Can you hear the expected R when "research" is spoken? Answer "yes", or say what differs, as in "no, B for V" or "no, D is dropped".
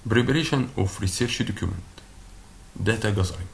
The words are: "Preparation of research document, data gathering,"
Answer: yes